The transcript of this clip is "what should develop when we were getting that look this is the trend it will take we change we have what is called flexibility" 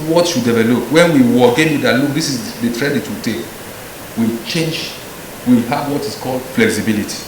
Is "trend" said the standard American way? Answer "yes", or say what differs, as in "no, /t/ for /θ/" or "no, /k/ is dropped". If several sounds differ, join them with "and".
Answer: no, /n/ is dropped